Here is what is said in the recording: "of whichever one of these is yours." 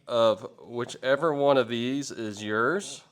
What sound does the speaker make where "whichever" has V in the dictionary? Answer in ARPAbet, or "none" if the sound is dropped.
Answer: V